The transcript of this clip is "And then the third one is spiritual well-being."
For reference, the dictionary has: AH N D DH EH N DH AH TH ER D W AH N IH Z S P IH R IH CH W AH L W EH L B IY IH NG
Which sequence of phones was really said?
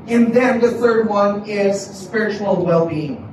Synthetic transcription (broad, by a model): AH N DH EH N DH AH TH ER D W AH N IH Z S P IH R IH CH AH L W EH L B IY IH NG